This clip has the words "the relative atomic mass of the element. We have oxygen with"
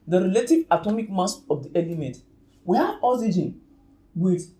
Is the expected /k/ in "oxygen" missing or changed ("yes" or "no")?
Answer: yes